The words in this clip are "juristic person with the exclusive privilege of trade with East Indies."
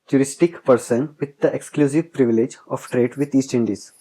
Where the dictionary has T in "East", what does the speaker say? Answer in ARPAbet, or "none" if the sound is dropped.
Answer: T